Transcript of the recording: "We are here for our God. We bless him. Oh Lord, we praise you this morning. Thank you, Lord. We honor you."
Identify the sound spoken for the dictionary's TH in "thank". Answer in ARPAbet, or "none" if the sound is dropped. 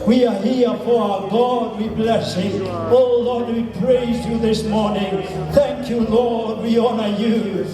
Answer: TH